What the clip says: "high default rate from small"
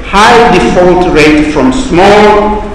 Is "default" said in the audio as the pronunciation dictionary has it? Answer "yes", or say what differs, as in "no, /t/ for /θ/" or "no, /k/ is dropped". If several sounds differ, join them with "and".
yes